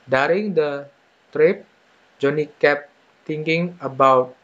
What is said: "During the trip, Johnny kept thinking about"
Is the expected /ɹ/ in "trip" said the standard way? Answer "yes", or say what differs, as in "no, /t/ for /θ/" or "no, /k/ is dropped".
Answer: yes